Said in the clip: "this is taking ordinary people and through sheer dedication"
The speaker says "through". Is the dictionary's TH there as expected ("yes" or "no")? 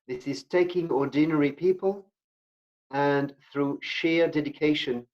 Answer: yes